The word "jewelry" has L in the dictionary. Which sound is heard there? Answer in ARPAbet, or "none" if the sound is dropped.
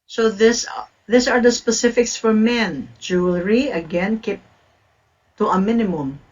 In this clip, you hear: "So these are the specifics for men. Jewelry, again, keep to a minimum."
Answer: L